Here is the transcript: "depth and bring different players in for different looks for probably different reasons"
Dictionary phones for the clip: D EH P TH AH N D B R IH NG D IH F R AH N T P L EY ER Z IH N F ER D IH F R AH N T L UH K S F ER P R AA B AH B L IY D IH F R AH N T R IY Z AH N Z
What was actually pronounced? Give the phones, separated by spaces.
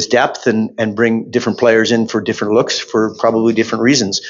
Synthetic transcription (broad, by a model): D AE P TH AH N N B R IH NG D IH F R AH N P L EY ER Z IH N F ER D IH F R AH N T L UH K S F ER P R AA B AH B L IY D IH F R AH N T R IY Z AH N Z